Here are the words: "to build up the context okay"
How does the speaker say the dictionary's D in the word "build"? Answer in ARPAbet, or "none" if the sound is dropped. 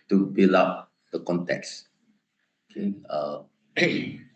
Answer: none